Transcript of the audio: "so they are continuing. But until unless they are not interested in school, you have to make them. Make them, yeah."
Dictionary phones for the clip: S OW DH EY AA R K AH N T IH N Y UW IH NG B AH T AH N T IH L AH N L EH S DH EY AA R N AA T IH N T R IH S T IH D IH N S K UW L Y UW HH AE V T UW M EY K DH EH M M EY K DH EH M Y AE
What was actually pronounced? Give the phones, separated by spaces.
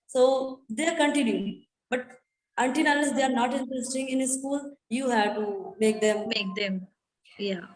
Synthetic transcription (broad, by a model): S OW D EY AA R K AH N T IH N Y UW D B AH T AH N T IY N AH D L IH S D EY AA R N AA T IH N T R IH S T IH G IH N S K UW L Y UW HH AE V T UW M EY K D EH M M EY K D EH M Y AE